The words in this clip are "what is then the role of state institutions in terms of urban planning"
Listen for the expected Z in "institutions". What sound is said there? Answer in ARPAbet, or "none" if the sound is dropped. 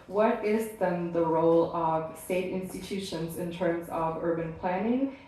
Z